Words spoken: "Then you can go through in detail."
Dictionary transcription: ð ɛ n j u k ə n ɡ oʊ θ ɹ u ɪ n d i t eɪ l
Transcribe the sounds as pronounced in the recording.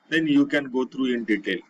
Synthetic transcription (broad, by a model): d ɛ n j u k ə n ɡ oʊ t ɹ u ɪ n d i t eɪ l